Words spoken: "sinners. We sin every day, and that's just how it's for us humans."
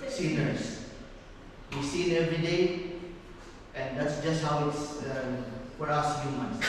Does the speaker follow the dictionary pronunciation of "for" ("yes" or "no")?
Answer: no